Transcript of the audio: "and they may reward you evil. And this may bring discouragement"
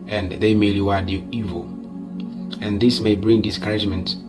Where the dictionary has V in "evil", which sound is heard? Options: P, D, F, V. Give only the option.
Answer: V